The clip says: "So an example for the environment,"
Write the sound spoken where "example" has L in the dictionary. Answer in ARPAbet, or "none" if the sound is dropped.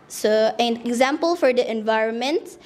L